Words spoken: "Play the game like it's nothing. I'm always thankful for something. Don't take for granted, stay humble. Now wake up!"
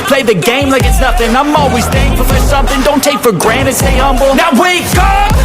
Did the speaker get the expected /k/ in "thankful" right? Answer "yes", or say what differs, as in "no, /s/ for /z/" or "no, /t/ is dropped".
no, /k/ is dropped